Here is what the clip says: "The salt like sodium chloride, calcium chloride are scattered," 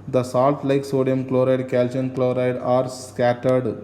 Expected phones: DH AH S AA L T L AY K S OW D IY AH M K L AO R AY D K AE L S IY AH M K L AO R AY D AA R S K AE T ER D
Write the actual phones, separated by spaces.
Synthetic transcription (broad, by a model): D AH S AA L T L AY K S OW D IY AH M K L AO R AY D K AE L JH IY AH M K L AO R AY D AA R S K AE T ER D